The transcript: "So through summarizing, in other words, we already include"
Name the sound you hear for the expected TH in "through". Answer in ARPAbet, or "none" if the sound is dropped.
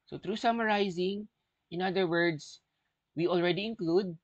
T